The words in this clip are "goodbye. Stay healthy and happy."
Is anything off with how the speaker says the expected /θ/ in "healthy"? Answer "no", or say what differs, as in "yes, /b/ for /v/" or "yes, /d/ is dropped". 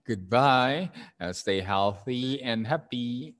no